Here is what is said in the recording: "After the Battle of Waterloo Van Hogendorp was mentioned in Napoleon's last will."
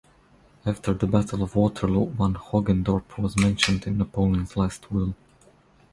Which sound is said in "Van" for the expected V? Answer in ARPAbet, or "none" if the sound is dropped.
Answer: W